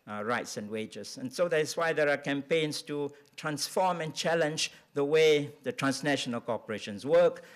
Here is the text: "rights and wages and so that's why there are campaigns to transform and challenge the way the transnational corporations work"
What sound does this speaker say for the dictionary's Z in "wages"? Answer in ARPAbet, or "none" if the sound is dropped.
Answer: S